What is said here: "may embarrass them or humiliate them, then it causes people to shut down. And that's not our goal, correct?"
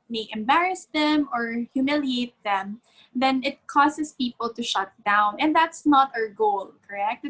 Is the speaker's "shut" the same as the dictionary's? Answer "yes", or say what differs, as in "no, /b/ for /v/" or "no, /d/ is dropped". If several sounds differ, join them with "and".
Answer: yes